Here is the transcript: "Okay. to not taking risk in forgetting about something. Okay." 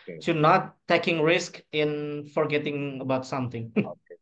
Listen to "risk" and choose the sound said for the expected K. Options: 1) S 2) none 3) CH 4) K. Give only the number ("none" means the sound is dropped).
4